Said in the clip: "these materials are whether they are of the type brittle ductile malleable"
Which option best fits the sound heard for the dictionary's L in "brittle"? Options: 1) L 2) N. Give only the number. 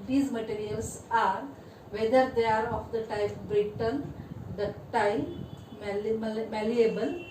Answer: 2